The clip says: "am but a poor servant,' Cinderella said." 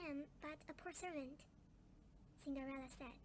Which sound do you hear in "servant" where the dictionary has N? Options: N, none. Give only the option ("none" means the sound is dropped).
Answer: N